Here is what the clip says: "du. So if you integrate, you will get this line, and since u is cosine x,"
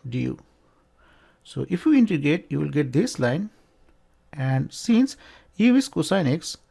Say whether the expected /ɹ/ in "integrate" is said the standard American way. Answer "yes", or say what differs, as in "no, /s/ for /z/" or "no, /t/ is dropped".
no, /ɹ/ is dropped